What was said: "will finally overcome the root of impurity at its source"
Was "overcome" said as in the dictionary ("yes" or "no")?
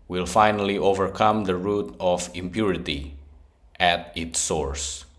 yes